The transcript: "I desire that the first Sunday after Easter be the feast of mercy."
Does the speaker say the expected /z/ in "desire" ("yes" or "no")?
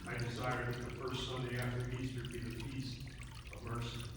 no